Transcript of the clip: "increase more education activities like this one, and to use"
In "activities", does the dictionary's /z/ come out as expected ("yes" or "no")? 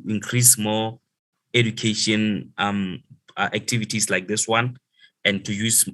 no